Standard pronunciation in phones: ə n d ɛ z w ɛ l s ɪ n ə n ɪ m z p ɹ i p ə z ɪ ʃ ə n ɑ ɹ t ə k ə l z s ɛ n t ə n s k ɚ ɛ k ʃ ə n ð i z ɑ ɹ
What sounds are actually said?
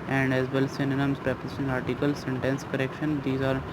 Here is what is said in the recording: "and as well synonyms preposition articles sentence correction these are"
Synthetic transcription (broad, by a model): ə n d ɛ z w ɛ l s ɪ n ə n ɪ m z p ɹ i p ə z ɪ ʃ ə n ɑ ɹ t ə k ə l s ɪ n t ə n s k ɚ ɛ k ʃ ə n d i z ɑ ɹ